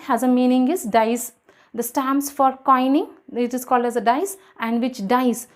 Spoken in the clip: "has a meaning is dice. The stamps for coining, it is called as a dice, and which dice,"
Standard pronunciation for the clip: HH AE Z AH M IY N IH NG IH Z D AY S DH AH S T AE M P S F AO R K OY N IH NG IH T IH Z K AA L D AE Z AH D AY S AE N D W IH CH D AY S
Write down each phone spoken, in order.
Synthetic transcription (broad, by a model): HH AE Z AH M IY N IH NG IH Z D AY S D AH S T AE M S F AO R K OY N IH NG IH T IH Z K AA L D AE Z AH D AY S AE N D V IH CH D AY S